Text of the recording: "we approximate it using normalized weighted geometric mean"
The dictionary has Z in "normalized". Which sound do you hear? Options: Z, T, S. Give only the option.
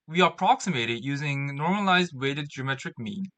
Z